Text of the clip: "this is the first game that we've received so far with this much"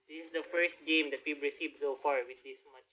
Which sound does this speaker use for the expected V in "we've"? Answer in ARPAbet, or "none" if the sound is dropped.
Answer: P